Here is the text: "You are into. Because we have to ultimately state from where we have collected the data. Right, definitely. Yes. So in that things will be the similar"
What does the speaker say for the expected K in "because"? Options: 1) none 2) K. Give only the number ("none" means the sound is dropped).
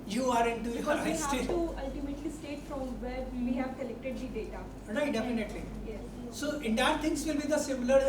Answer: 1